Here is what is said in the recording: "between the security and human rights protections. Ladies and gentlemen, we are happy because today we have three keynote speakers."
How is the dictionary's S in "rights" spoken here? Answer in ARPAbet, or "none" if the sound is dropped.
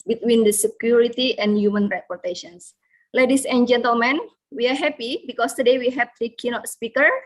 none